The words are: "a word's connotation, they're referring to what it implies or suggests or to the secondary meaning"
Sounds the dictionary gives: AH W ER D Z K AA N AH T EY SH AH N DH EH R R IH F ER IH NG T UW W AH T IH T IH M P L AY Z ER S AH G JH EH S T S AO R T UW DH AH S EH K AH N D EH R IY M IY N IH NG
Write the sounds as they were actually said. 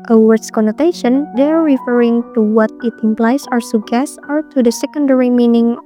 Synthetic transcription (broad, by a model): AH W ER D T K AA N AH T EY SH AH N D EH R R IH F ER IH NG T UW W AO T IH T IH M P L AY S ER S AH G EH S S AO R T UW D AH S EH K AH N D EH R IY M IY N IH NG